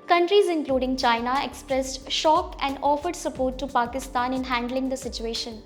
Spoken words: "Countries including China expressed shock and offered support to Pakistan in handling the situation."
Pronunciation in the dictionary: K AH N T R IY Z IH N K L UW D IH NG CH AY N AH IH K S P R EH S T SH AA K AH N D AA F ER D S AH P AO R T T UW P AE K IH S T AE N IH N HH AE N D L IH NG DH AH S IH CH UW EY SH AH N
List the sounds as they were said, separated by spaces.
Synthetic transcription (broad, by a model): K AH N T R IY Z IH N K L UW D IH NG CH AY N AH IH K S P R EH S T SH AA K AH N D AA F ER D S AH P AO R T T UW P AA K IH S T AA N IH N HH AE N D L IH NG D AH S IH CH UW EY SH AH N